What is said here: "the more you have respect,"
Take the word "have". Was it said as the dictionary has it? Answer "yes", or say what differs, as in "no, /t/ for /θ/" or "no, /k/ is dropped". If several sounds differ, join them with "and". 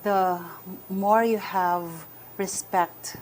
yes